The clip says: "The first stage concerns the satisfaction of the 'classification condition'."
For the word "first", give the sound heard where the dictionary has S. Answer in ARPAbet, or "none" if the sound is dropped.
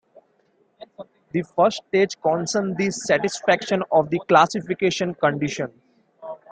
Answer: none